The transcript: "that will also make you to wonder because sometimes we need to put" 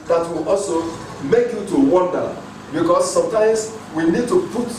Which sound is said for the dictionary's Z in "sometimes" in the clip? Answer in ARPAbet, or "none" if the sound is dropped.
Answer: S